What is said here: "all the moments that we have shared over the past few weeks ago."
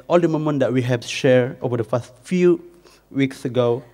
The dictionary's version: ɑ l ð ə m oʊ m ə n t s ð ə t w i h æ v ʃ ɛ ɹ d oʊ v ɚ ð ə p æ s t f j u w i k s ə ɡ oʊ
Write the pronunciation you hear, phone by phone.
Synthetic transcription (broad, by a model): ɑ l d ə m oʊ m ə n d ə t w i h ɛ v ʃ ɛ ɹ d oʊ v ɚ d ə f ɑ s t f j u w i k s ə ɡ oʊ